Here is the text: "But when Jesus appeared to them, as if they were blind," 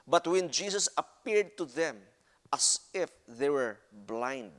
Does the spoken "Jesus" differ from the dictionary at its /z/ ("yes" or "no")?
yes